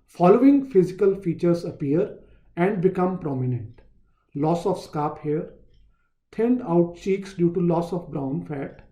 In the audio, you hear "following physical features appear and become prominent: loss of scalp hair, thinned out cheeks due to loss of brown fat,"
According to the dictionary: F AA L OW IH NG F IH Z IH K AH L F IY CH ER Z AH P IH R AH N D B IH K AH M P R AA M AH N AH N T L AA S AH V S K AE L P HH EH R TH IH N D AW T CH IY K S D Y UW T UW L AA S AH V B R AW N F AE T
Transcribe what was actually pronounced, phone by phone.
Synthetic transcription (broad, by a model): F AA L OW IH NG F IH Z IH K AH L F IY CH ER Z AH P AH R AH N D B IH K AH M P R AA M AH N AH N T L AA S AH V S K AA P HH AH R T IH N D AW T CH IY K S D Y UW T UW L AA S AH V B R AW N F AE T